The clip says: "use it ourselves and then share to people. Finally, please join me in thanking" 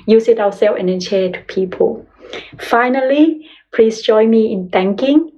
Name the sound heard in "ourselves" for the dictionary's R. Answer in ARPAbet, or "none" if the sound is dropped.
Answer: W